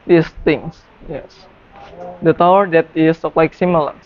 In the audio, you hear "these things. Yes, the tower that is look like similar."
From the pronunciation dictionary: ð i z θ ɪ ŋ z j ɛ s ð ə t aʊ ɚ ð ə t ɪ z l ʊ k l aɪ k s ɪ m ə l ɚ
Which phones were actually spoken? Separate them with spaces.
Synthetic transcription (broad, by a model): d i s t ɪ ŋ s j ɛ s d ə t aʊ ɚ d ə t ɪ s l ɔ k l aɪ k s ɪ m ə l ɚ